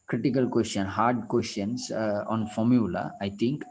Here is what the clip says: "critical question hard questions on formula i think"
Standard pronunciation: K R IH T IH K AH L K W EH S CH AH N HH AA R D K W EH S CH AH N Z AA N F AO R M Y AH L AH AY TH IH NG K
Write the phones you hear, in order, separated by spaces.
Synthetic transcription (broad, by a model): K R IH T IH K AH L K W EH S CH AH N HH AA R D K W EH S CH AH N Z AA N F AO R M Y AH L AH AY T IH NG K